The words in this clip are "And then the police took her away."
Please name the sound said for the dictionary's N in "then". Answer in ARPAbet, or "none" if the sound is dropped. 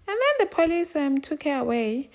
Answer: N